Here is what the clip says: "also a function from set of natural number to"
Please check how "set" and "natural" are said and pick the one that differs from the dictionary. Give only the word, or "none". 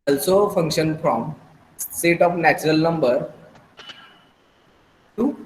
none